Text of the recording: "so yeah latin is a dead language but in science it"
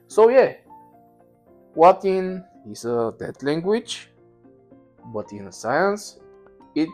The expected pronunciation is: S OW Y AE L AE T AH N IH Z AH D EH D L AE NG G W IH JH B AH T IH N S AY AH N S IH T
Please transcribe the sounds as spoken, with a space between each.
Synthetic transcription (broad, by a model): S OW Y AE W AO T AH N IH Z AH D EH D L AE NG G W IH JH B AH T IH N S AY AH N S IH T